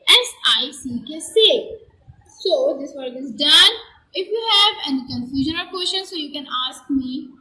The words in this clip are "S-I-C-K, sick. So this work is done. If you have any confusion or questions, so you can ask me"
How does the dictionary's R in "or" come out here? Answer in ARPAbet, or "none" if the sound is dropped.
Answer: L